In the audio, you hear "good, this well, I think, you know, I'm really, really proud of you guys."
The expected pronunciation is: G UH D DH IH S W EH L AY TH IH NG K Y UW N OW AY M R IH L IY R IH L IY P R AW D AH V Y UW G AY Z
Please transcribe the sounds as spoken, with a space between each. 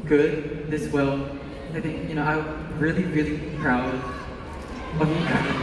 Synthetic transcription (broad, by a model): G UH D DH IH S W EH L AY TH IH NG K Y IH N OW AY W R IH L IY R IH L IY P R AW D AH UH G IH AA